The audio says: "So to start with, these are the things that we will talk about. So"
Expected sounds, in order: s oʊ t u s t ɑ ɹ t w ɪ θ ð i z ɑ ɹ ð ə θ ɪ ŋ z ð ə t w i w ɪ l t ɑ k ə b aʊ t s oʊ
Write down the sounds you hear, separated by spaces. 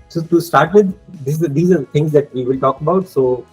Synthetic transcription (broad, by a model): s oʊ t u s t ɑ ɹ t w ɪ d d i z ɑ ɹ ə t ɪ ŋ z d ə t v i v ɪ l t ɑ k ə b aʊ t s oʊ